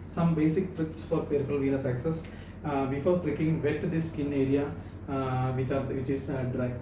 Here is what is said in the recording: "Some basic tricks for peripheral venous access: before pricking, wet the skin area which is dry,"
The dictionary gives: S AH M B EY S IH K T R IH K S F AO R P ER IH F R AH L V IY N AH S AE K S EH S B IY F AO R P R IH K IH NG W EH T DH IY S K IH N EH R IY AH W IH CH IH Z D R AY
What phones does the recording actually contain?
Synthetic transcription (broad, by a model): S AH M B EY S IH K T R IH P S F AO R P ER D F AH L V IY N AH S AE K S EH S B IY F AO R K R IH K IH NG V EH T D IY S K IH N EH R IY AH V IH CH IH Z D R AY